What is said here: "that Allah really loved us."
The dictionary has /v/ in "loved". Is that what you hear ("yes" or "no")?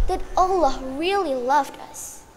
yes